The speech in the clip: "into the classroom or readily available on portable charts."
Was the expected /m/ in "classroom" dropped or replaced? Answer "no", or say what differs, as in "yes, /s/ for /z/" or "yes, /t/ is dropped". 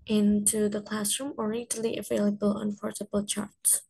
no